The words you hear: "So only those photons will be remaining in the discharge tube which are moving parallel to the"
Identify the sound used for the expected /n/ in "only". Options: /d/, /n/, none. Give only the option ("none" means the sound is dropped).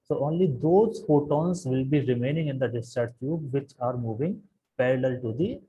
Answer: /n/